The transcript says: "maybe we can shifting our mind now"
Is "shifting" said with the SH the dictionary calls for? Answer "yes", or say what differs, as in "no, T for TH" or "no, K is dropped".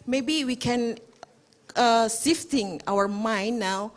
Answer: no, S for SH